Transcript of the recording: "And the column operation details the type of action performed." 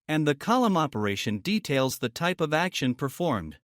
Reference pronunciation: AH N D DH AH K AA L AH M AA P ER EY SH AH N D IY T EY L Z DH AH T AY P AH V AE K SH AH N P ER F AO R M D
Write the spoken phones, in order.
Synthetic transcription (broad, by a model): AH N DH AH K AA L AH M AA P ER EY SH AH N D IY T EY L Z DH AH T AY P AH V AE K SH AH N P ER F AO R M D